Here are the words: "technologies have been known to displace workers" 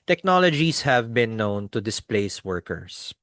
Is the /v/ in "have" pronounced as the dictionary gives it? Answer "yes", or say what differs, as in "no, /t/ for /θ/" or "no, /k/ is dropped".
yes